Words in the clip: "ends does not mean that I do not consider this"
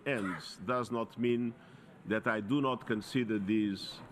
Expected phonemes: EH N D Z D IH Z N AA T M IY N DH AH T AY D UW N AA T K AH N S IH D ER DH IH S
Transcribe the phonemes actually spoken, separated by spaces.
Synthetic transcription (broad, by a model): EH N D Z D IH Z N AA T M IY N DH AH T AY D UW N AA T K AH N S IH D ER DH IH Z